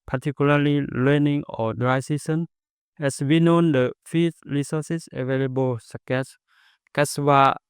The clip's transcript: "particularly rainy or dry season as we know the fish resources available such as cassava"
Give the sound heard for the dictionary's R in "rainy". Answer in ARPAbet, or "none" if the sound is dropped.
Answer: L